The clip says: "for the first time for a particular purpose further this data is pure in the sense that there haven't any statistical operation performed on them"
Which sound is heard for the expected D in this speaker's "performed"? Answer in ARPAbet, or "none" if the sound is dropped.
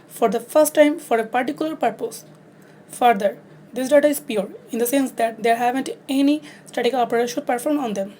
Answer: none